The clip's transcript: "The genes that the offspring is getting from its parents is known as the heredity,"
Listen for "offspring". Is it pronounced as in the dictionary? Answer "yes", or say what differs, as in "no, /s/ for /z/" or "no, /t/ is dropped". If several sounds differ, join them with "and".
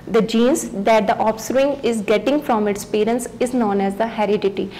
no, /p/ is dropped